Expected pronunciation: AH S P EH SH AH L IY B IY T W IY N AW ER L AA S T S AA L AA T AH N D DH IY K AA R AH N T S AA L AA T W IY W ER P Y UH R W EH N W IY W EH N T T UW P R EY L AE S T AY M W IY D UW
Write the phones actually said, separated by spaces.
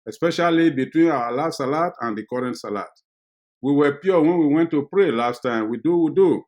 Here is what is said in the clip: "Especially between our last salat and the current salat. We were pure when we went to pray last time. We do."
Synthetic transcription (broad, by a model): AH S P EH SH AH L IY B IY T W IY N AW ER L AA S T S AA L AA T AH N D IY K AA R AH N T S AA L AA T W IY W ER P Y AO W EH N W IY W EH N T T UW P R EY L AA S T AY M W IY D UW